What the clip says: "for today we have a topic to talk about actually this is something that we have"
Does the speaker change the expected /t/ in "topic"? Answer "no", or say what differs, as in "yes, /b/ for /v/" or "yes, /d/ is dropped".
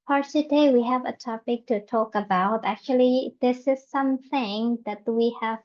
no